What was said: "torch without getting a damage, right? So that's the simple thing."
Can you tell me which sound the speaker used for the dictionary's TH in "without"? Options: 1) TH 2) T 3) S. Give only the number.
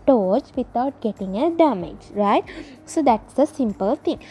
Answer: 2